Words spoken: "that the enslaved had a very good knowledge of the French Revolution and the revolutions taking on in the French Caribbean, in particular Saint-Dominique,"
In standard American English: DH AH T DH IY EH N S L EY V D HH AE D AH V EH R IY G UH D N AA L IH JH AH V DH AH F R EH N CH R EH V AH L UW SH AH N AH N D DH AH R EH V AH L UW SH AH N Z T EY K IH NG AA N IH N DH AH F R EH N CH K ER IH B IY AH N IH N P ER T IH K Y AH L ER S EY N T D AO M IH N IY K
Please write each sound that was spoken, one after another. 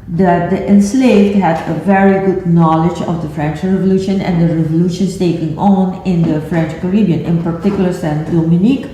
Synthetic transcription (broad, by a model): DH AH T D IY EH N S L EY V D HH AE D AH V EH R IY G UH D N AA L IH JH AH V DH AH F R EH N CH R EH V AH L UW SH AH N AH N D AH R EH V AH L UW SH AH N S T EY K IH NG AA N IH N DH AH F R EH N CH K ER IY B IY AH N IH N P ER T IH K Y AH L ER S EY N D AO M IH N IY K